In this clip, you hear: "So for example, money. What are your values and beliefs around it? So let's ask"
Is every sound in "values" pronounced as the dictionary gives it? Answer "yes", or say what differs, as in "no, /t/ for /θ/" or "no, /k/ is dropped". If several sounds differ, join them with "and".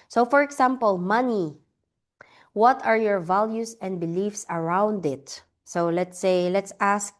no, /s/ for /z/